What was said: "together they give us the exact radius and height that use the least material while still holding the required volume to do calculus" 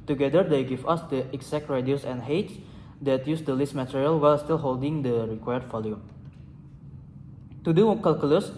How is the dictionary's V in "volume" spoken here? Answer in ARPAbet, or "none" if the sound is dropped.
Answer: F